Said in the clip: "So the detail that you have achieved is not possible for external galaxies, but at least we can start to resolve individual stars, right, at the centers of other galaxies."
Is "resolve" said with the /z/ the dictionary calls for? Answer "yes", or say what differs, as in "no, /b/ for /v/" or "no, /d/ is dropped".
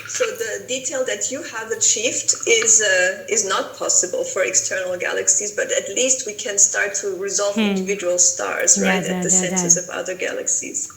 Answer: yes